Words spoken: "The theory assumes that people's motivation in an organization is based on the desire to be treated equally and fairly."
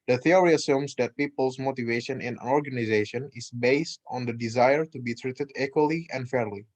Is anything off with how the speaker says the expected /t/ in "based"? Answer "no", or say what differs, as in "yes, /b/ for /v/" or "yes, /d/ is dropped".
no